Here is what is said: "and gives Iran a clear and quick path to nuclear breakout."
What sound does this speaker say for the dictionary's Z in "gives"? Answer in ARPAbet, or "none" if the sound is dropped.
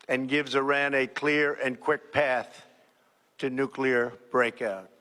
Z